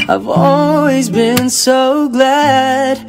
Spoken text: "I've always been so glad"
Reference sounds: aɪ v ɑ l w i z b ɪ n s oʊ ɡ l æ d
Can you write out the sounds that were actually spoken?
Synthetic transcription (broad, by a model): aɪ v ɑ l w i z b ɪ n s oʊ ɡ l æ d